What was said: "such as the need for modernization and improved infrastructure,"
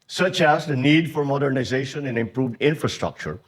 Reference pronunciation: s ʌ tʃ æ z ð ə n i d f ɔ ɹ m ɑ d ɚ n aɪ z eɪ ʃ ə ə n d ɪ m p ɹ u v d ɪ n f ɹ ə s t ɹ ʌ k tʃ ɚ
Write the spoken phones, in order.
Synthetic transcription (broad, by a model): s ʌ tʃ æ z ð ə n i d f ɔ ɹ m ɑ d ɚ n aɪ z eɪ ʃ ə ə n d ɪ m p ɹ u v d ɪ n f ɹ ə s t ɹ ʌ k tʃ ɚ